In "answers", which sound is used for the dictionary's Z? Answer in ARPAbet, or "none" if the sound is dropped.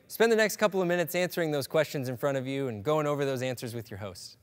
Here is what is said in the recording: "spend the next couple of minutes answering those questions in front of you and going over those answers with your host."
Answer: Z